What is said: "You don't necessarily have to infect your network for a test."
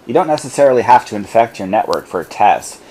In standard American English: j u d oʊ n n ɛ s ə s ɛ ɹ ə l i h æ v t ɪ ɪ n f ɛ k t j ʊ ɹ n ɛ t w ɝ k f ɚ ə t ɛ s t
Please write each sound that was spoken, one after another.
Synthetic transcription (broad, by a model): j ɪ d oʊ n n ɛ s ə s ɛ ɹ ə l i h æ f t ɪ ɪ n f ɛ k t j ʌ ɹ n ɛ t w ɝ k f ɚ ə t ɛ s t